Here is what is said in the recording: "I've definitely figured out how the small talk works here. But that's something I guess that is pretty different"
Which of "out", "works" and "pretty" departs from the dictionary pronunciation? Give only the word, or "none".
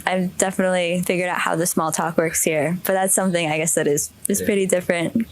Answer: none